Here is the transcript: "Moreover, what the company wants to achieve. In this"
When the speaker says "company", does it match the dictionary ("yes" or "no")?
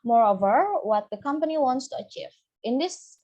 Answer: yes